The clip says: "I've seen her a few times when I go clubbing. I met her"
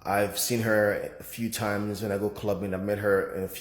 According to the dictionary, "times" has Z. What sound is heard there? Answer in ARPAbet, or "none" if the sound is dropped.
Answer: Z